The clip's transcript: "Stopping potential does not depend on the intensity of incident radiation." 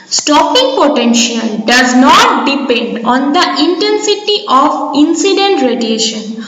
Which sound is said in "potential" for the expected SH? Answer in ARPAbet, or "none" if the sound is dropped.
SH